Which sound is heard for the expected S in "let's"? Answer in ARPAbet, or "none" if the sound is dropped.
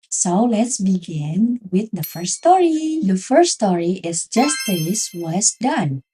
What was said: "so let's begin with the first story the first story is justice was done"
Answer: S